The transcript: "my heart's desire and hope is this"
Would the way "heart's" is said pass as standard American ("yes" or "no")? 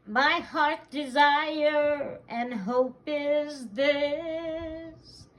no